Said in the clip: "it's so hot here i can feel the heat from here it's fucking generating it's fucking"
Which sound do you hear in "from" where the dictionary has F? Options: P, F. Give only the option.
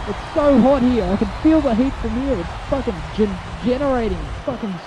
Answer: F